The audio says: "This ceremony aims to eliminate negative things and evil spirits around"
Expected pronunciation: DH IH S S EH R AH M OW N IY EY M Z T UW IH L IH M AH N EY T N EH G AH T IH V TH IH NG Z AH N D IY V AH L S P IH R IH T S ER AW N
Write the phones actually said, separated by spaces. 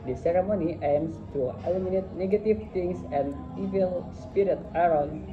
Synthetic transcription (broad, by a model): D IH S S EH R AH M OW N IY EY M S T UW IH L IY M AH N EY T N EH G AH T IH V T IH NG S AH N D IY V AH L S P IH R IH T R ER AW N